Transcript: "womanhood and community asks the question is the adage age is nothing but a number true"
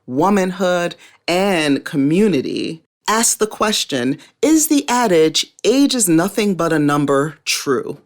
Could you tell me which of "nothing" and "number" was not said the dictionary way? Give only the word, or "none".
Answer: none